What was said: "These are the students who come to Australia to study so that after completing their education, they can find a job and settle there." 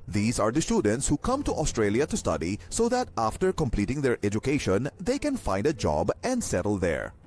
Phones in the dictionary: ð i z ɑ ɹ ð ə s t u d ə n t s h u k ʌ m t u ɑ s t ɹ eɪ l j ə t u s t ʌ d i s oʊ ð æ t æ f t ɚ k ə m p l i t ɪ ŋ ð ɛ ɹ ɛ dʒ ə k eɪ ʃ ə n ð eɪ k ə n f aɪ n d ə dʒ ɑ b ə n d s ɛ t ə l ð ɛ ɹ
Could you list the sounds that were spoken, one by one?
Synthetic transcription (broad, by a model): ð i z ɑ ɹ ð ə s t u d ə n t s h u k ʌ m t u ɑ s t ɹ eɪ l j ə t u s t ʌ d i s oʊ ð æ t æ f t ɚ k ə m p l i t ɪ ŋ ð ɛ ɹ ɛ dʒ ə k eɪ ʃ ə n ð eɪ k ə n f aɪ n d ə dʒ ɑ b ə n d s ɛ t ə l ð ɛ ɹ